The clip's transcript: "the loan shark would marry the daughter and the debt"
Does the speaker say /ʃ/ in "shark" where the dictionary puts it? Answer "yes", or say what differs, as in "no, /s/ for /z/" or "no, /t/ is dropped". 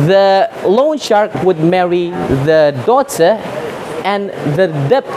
yes